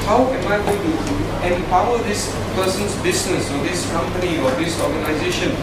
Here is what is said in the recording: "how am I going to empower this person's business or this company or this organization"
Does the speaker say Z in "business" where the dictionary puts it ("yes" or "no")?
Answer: no